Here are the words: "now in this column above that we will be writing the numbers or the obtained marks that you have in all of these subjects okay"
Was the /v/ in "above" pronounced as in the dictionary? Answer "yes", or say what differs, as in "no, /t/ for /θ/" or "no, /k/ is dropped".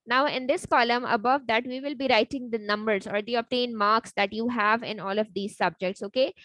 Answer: yes